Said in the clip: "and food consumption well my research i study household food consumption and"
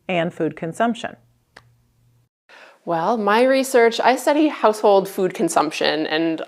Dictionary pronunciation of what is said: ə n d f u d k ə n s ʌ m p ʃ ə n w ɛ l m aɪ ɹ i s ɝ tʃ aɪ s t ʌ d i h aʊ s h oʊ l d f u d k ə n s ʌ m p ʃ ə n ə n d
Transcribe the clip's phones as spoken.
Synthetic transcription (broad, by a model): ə n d f u d k ə n s ʌ m p ʃ ə n w ɛ l m aɪ ɹ i s ɝ tʃ aɪ s t ʌ d i h aʊ s h oʊ l d f u d k ə n s ʌ m p ʃ ə n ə n